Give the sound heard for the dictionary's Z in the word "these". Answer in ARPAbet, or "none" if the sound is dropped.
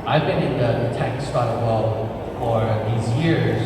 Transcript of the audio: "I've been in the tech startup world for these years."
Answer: Z